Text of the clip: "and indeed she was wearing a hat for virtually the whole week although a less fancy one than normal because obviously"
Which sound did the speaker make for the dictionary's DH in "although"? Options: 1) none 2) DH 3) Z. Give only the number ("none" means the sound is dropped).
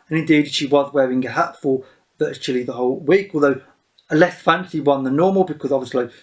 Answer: 2